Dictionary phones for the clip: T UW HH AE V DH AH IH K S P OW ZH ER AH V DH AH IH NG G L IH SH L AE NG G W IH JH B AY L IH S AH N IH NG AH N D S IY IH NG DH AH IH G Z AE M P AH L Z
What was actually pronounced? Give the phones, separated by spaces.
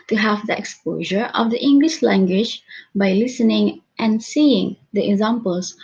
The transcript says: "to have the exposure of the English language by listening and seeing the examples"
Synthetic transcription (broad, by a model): T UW HH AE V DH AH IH K S P OW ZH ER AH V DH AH IH NG G L IH SH L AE NG G W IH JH B AY L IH S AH N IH NG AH N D S IY IH NG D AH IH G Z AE M P AH L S